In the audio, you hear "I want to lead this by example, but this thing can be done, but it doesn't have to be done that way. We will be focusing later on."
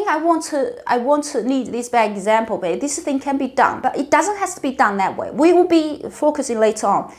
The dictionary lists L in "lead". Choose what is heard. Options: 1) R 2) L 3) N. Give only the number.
3